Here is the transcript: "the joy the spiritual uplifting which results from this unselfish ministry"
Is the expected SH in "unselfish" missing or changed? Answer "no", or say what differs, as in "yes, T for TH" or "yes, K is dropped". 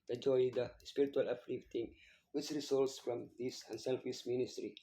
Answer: yes, S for SH